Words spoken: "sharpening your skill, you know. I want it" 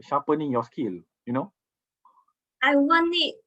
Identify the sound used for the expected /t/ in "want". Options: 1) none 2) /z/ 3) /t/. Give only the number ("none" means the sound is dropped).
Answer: 1